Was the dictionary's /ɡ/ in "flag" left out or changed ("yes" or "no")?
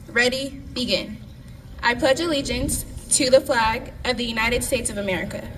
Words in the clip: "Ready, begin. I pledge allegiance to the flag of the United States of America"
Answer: no